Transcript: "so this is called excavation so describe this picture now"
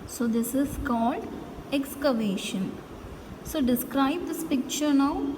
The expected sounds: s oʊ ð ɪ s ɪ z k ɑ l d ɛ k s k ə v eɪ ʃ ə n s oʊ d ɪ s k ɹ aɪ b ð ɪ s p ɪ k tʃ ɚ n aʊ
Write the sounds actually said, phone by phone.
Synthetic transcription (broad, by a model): s oʊ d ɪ s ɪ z k ɑ l d ɛ k s k ə v eɪ ʃ ə n s oʊ d ɪ s k ɹ aɪ b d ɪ s p ɪ k tʃ ɚ n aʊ